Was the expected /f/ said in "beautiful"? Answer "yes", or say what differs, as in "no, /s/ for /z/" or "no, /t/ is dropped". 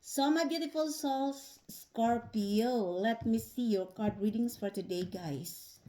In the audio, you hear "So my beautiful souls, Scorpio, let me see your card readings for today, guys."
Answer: yes